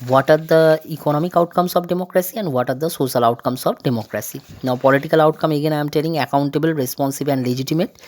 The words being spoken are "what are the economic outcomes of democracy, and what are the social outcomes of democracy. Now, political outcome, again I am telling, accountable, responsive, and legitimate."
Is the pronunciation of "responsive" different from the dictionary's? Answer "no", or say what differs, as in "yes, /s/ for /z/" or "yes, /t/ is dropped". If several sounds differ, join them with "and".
yes, /b/ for /v/